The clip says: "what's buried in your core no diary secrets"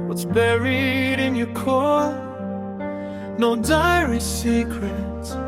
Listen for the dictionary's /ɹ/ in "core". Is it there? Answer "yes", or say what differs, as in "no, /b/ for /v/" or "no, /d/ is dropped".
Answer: no, /l/ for /ɹ/